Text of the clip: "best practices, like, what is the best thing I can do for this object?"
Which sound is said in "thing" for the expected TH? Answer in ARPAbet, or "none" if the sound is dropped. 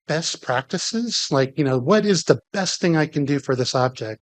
TH